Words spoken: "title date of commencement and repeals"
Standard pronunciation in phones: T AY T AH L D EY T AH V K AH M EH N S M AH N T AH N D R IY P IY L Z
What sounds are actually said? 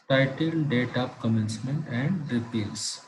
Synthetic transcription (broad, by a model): T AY T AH L D EY T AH P K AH M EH N S M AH N T AH N D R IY P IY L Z